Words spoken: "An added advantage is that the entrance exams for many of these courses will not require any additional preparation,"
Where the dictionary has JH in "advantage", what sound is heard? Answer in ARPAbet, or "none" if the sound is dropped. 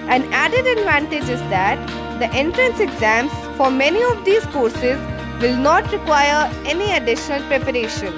JH